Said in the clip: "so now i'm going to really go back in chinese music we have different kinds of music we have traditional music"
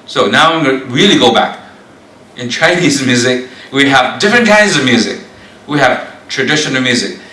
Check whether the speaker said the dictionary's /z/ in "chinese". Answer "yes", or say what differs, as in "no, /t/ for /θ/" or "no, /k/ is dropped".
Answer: yes